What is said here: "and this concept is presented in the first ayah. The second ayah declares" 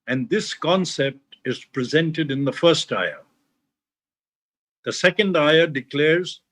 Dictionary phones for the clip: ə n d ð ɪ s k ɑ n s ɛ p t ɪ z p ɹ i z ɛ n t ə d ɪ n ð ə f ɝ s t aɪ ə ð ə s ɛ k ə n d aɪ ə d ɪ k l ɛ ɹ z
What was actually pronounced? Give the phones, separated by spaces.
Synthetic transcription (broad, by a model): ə n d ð ɪ s k ɑ n s ɛ p t ɪ z p ɹ i z ɛ n t ə d ɪ n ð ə f ɝ s t aɪ ə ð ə s ɛ k ə n d aɪ ə d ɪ k l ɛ ɹ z